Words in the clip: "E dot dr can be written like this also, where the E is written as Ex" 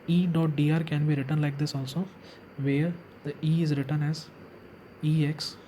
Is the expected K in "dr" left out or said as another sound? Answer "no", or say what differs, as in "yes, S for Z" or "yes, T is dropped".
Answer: yes, K is dropped